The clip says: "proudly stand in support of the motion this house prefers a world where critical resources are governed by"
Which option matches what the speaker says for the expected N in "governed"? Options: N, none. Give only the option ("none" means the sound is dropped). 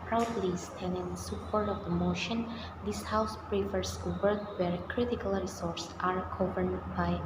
none